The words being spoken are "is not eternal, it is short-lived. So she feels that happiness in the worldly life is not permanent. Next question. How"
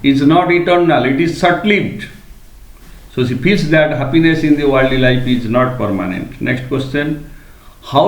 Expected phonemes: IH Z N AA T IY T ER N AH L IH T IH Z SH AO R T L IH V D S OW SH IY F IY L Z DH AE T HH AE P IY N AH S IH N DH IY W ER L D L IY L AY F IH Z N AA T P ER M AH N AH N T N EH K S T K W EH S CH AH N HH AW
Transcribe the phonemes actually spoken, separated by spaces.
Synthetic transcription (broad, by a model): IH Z N AA T IY T ER N AH L IH T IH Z S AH T L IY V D S OW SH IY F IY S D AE T HH AE P IY N AH S IH N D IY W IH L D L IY L AY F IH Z N AA T P ER M AH N AH N T N EH K S T K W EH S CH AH N HH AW